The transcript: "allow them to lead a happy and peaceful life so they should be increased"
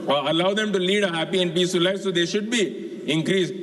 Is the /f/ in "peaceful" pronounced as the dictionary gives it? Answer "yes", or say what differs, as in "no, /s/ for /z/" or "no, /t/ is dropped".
no, /f/ is dropped